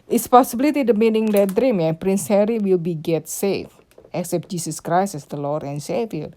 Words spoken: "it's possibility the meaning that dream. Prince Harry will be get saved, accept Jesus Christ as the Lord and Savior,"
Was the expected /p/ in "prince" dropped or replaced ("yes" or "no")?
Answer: no